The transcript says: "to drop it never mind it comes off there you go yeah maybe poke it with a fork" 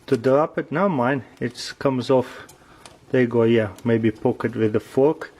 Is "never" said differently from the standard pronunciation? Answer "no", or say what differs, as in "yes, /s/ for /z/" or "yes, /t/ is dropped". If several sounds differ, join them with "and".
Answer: yes, /v/ is dropped